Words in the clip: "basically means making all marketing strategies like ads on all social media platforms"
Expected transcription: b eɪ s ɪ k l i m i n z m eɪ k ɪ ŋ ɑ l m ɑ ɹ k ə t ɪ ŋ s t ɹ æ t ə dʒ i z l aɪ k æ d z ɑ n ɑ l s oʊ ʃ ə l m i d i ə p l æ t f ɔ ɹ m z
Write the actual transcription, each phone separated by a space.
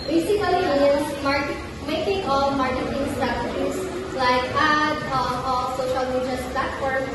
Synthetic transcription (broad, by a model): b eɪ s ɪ k l i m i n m m eɪ k ɪ ŋ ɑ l m ɑ ɹ k ə t ɪ ŋ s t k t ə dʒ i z l aɪ k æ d ɑ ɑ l s oʊ ʃ ə l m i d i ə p l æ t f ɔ ɹ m